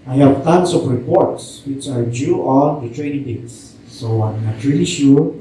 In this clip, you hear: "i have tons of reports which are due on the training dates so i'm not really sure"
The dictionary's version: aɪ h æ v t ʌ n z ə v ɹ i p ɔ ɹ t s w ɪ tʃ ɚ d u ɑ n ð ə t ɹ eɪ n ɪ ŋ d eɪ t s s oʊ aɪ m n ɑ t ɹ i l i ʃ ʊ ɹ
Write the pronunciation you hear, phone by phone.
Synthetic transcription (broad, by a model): aɪ h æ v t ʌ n s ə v ɹ i p ɔ ɹ t s w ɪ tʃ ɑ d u ɑ n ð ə t ɹ eɪ n ɪ ŋ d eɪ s s oʊ aɪ m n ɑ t ɹ i l i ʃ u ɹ